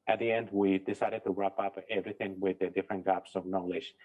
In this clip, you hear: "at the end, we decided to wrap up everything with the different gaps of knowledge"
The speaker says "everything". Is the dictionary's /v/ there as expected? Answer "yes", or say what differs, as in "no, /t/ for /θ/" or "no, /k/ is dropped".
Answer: yes